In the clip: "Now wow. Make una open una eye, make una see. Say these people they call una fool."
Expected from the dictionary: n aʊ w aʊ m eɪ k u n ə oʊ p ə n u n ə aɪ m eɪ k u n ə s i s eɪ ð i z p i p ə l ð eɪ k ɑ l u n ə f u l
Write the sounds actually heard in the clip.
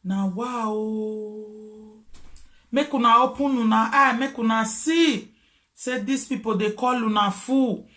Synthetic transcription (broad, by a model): n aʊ w aʊ m eɪ k u n ə oʊ p ə n u n ə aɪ m eɪ k u n ə s i s eɪ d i s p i p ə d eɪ k ɑ l u n ə f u